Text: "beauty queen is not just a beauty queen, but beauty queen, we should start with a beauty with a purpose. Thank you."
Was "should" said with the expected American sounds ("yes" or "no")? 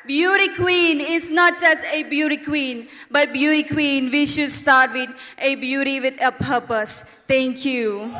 yes